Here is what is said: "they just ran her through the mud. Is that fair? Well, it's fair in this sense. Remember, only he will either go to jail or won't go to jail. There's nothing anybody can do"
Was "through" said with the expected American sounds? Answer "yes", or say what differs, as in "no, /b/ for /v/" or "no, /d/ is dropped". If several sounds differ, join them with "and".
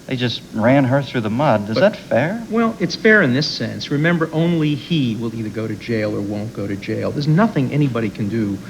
yes